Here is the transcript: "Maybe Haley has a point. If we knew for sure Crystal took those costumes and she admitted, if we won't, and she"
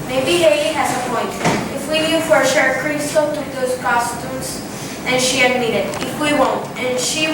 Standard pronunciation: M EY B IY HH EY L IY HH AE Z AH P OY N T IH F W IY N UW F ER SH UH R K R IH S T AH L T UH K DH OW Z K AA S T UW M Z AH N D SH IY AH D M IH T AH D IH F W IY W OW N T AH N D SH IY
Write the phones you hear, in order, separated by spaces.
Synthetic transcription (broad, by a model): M EY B IY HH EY IY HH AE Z AH P OY N T IH F W IY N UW F ER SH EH R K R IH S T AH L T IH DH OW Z K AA S T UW M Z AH N SH IY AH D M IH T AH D IH F W IY W OW N T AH N SH IY